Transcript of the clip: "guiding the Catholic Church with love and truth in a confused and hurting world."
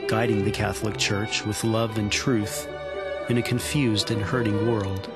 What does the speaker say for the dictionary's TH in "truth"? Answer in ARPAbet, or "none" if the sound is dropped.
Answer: TH